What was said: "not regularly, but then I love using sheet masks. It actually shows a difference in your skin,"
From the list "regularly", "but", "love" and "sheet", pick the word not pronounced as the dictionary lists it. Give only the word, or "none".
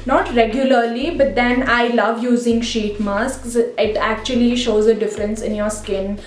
none